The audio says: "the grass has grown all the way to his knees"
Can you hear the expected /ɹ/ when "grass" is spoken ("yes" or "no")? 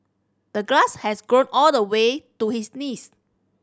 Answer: no